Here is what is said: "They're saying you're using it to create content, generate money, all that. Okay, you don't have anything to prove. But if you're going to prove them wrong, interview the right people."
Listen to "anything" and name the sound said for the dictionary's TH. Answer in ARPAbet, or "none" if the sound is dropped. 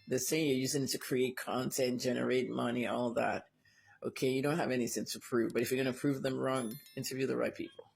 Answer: S